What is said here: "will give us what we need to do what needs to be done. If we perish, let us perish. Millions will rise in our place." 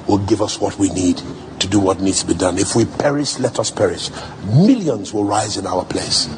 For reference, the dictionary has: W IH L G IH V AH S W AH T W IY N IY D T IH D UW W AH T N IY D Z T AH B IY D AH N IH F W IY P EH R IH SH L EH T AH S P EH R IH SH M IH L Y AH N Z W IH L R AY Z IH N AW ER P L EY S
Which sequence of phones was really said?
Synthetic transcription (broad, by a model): W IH L G IH V AH S W AH T W IY N IY D T IH D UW W AH T N IY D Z T AH B IY D AH N IH F W IY P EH R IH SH L EH T AH S P EH R IH SH M IH L Y AH N Z W IH L R AY Z IH N AW ER P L EY S